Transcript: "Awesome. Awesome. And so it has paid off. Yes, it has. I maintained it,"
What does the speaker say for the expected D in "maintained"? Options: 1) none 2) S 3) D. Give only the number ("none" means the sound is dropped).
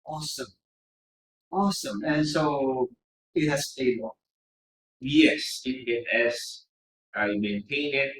1